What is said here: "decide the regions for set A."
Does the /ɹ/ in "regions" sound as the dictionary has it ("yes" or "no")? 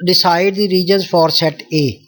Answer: yes